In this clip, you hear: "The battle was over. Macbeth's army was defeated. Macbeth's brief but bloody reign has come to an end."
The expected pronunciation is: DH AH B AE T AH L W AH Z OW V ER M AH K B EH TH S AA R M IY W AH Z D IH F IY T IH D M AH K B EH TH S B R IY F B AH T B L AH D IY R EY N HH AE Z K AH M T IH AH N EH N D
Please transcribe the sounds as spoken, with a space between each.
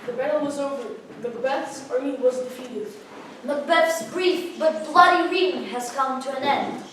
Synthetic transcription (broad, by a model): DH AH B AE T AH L W AH Z OW V ER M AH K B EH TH S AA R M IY W AH Z D IH F IY T IH D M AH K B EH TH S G R IY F B AH T B L AH D IY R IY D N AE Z K AH M T IH AH N EH N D